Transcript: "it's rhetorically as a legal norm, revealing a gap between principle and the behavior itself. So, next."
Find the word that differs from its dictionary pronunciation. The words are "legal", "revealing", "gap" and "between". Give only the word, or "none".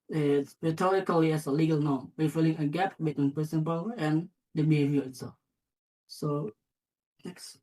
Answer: revealing